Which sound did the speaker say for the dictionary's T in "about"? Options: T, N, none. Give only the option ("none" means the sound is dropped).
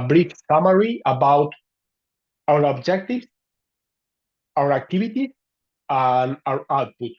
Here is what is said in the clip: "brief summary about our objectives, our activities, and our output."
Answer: T